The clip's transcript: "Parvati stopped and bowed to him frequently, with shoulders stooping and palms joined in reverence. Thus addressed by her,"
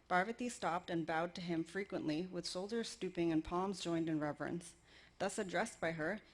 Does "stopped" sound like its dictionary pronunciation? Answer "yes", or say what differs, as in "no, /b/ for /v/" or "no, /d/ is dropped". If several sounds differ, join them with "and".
yes